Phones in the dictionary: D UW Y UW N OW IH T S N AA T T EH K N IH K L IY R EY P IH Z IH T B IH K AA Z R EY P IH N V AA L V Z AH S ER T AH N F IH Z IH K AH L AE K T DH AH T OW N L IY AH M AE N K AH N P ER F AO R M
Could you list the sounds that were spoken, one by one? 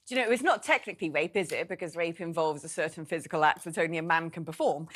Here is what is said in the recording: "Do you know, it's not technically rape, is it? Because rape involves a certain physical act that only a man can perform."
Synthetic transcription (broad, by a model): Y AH N OW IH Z N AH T T EH K N IH K L IY R EY P IH Z IH T B IH K AA Z R EY P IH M V AA L V Z AH S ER T N F IH Z IH K AH L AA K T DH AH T OW N L IY AH M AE N K AH N P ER F AO M